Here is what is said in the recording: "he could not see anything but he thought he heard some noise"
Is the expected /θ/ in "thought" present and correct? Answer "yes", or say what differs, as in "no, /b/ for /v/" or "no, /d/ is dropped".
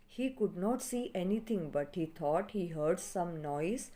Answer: no, /t/ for /θ/